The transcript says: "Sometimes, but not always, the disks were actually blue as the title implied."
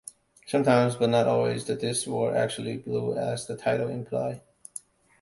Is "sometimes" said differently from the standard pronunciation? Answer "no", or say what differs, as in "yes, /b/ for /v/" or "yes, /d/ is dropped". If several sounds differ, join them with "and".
no